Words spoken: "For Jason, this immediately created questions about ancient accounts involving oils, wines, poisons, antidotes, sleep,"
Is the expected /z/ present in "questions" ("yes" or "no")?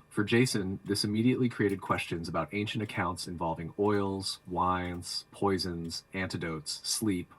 yes